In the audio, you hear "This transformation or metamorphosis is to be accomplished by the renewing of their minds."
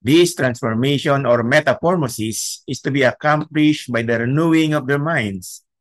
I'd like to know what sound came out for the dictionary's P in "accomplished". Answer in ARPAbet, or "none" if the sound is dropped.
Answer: P